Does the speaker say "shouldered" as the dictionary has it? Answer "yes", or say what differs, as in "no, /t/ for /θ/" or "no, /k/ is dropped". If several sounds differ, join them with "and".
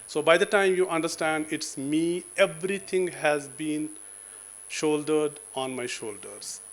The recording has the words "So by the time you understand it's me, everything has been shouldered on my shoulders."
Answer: yes